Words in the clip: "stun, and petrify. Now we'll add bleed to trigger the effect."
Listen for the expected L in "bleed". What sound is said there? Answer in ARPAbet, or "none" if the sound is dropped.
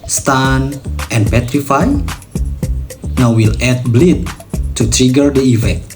L